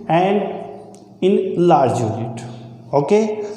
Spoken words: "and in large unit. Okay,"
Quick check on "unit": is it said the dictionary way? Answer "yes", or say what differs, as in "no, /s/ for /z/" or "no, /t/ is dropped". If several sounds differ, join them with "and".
no, /l/ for /n/